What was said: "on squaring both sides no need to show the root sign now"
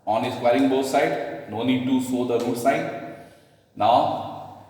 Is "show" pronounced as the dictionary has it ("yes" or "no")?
no